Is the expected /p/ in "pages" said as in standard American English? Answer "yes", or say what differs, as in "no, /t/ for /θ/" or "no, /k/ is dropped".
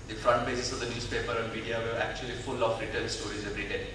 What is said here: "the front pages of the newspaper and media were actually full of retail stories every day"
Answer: no, /b/ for /p/